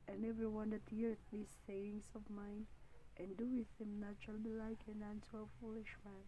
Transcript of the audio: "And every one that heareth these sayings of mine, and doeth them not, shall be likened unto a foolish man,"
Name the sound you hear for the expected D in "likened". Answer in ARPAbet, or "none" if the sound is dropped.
none